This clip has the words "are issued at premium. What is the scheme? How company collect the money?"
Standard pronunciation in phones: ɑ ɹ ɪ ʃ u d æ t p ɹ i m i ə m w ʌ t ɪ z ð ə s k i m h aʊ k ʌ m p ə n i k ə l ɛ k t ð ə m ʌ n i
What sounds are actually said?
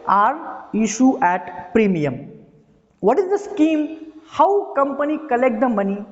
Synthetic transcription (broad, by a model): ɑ ɹ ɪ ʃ u æ t p ɹ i m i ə m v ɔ t ɪ z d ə s k i m h aʊ k ʌ m p ə n i k ə l ɛ k t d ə m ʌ n i